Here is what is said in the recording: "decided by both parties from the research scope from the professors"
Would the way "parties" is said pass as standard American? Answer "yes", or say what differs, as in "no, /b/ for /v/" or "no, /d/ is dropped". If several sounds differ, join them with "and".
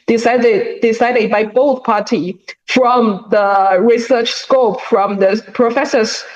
no, /z/ is dropped